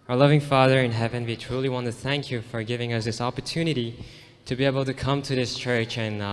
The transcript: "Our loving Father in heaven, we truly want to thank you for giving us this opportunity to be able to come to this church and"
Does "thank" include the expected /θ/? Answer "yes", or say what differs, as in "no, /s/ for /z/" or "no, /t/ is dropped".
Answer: yes